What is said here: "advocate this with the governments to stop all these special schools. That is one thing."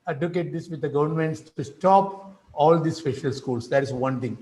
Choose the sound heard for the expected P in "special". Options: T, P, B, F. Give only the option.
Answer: F